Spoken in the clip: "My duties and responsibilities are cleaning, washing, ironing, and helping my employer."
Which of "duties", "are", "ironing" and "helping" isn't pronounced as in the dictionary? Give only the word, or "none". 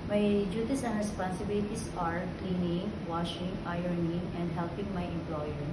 duties